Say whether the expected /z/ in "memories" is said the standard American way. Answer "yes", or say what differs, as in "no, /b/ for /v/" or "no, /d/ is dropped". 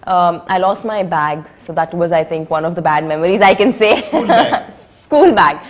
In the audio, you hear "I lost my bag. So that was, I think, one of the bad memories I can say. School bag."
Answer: yes